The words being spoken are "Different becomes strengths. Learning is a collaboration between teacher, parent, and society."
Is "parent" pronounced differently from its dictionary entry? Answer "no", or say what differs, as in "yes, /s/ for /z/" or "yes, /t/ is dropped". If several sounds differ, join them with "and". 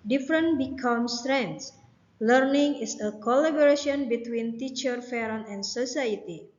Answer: yes, /f/ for /p/ and /t/ is dropped